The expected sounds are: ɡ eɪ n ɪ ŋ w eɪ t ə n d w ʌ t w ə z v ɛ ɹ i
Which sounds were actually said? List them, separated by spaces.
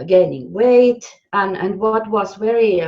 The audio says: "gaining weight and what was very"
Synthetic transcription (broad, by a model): ɡ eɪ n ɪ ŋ w eɪ t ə n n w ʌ t w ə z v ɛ ɹ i